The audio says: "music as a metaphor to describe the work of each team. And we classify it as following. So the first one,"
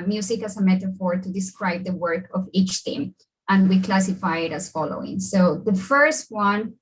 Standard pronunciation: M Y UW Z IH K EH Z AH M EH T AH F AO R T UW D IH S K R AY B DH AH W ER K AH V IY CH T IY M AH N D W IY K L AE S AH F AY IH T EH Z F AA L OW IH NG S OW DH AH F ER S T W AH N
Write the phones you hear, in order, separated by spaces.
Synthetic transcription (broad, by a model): M Y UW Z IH K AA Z AH M EH T AH F AO R T UW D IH S K R AY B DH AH W ER K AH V IY CH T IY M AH N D W IY K L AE S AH F AY IH T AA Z F AA L OW IH NG S OW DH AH F ER S T W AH N